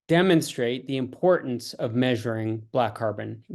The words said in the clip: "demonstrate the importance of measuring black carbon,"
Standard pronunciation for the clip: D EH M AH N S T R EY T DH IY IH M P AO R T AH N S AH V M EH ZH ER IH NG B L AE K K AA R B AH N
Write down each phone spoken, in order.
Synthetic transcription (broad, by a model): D EH M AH N S T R EY T DH IY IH M P AO R T N S AH V M EH ZH ER IH NG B L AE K K AA R B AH N